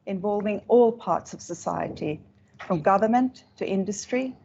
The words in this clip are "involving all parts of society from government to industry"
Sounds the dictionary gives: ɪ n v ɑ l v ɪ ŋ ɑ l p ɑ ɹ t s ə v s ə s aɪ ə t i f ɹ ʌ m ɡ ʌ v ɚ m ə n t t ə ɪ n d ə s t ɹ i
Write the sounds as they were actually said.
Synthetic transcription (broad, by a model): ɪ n v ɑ l v ɪ ŋ ɑ l p ɑ ɹ t s ə v s ə s aɪ ə t i f ɹ ʌ m ɡ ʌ v ɚ m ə n t t ɪ n d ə s t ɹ i